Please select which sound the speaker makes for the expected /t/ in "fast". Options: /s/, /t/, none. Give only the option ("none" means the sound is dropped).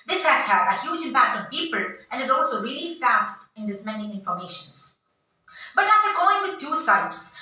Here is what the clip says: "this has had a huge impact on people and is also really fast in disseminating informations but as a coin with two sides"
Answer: /t/